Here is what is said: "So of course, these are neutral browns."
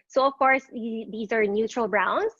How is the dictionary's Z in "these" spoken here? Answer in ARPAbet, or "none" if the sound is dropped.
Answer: Z